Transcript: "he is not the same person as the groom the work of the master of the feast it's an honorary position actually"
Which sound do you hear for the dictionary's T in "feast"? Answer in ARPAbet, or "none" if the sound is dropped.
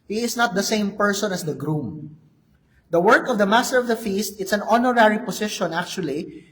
T